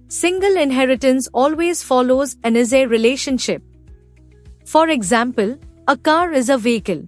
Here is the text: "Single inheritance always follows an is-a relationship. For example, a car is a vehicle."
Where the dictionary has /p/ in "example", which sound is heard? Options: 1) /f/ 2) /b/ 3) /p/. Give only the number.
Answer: 3